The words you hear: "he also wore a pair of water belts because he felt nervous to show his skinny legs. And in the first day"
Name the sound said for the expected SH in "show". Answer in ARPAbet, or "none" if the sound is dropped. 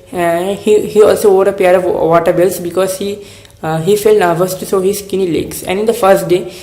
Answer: S